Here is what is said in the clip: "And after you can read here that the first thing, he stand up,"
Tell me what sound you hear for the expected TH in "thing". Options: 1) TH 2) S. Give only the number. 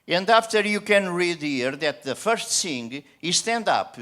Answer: 2